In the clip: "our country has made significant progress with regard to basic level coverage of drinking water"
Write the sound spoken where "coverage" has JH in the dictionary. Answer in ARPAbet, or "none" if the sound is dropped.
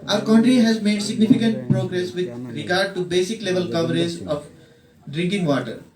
Z